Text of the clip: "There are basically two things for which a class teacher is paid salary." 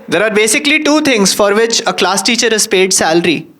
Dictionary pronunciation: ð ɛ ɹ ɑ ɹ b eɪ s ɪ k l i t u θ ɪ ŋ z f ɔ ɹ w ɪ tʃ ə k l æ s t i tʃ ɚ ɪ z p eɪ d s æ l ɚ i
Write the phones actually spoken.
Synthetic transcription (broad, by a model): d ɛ ɹ ɑ ɹ b eɪ s ɪ k l i t u t ɪ ŋ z f ɔ ɹ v ɪ tʃ ə k l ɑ s t i tʃ ɚ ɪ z p eɪ d s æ l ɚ i